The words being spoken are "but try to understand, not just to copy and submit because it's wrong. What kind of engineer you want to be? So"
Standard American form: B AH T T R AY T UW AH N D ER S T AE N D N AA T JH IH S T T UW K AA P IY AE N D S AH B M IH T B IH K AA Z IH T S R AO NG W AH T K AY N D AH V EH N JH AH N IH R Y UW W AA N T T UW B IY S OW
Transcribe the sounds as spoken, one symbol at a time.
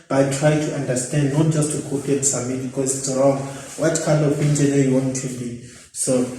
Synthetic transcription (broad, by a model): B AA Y T R AY T UW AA N D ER S T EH N D N AA T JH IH S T T UW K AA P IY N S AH M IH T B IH K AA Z IH T S R AO NG W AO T K AY N D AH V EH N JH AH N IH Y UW W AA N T T UW B IY S OW